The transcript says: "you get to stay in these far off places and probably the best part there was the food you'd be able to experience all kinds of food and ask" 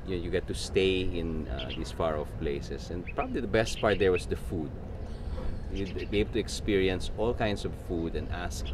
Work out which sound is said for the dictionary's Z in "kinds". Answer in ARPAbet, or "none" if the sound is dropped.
S